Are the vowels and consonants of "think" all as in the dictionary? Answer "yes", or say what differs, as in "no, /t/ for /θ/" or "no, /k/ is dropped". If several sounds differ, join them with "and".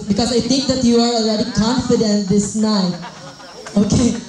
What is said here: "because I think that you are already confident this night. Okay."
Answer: no, /t/ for /θ/